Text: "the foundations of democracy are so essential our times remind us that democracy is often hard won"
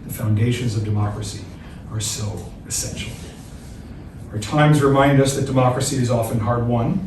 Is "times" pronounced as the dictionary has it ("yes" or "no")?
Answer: yes